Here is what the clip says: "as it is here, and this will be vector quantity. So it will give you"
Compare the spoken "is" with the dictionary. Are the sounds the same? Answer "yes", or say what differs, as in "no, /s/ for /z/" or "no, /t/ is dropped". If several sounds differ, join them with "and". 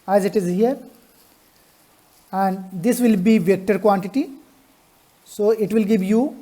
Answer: yes